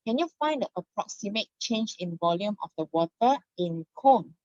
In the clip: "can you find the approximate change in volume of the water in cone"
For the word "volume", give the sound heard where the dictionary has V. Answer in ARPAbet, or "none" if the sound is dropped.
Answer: V